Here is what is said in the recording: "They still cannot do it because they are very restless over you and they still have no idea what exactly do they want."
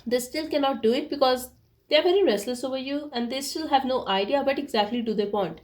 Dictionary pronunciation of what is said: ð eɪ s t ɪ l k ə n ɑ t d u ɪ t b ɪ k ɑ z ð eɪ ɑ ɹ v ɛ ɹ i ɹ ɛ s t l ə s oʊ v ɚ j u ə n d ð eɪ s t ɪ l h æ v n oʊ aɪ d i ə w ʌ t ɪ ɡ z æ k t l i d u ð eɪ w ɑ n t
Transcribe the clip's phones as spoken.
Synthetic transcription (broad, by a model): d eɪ s t ɪ l k ə n ɑ t d u ɪ t b ɪ k ɑ z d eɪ ɑ ɹ v ɛ ɹ i ɹ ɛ s l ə s oʊ v ɚ j u ə n d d eɪ s t ɪ l h æ v n oʊ aɪ d i ə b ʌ t ɪ ɡ z æ k t l i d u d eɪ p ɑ n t